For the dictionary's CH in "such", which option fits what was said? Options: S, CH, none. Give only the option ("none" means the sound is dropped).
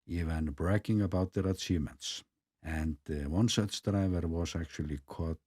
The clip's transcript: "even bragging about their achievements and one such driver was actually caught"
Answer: S